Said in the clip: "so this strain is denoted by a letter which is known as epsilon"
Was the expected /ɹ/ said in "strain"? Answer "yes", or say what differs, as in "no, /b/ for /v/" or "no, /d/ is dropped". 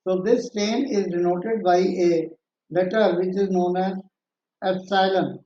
no, /ɹ/ is dropped